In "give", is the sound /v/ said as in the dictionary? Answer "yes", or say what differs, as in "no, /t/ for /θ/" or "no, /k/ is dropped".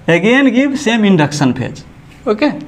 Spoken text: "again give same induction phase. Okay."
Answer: no, /b/ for /v/